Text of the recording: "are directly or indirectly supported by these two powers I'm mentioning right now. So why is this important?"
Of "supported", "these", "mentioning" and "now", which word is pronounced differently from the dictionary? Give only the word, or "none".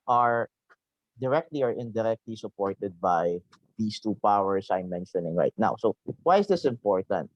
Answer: these